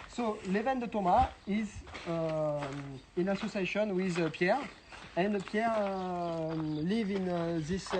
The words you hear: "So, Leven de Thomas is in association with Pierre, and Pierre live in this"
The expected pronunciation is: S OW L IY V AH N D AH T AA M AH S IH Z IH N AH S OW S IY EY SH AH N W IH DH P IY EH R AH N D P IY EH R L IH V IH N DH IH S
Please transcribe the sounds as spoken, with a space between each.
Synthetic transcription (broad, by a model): S OW L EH V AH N D AH T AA M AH IH Z IH N AH S OW S IY EY SH AH N W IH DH P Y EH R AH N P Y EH R L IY V IH N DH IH S